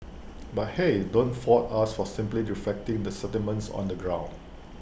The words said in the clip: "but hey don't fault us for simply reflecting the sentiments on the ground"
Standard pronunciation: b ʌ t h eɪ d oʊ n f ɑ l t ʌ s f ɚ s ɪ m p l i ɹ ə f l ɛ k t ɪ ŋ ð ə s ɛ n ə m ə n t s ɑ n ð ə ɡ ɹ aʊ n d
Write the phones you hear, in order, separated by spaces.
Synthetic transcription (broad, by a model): b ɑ t h eɪ d oʊ n f ɑ t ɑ s f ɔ s ɪ m p l i ɹ ə f l ɛ k t ɪ ŋ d ə s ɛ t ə m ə n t s ɑ n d ə ɡ ɹ aʊ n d